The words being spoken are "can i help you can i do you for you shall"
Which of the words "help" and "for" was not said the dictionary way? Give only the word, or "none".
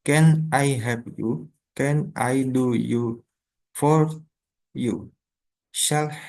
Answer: help